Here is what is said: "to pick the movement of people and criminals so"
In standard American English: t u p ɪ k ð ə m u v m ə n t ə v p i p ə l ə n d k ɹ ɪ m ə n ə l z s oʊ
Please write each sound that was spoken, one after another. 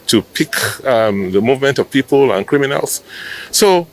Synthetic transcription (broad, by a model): t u p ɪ k ð ə m u v m ə n t ə v p i p ə l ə n k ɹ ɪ m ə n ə l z s oʊ